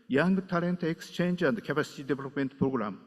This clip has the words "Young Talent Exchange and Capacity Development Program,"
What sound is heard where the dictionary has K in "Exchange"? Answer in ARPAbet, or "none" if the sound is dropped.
K